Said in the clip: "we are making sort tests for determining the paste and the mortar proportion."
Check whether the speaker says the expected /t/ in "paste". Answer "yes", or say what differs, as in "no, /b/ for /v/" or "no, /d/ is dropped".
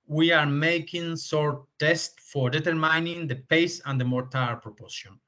no, /t/ is dropped